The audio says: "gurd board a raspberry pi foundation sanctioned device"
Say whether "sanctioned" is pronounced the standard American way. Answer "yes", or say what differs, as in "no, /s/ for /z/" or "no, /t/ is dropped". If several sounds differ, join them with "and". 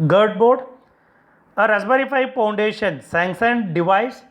no, /s/ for /ʃ/